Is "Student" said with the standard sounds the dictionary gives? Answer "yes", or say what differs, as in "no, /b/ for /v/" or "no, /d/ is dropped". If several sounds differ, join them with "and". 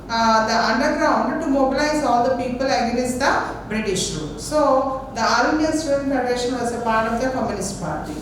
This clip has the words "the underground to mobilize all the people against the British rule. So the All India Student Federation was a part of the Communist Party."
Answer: no, /n/ is dropped